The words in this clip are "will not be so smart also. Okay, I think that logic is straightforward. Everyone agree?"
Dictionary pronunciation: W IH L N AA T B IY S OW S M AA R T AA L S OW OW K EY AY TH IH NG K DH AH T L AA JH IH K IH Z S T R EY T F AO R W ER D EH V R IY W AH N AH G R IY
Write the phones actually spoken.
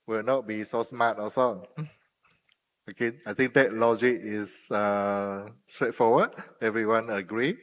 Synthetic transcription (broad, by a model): W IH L N AA T B IY S OW S M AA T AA S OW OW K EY AY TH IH NG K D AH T L AA JH IH K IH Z S T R EY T F AO W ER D EH V R IY W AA N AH G R IY